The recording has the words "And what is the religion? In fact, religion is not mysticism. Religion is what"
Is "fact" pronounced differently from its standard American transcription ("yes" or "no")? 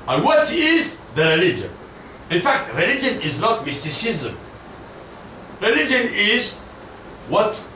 no